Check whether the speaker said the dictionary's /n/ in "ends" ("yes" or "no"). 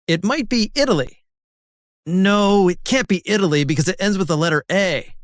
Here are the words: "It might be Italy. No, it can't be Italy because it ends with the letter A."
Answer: yes